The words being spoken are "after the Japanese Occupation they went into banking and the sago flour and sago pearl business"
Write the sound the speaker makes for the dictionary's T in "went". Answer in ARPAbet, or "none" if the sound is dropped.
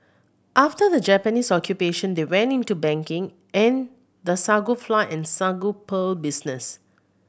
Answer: none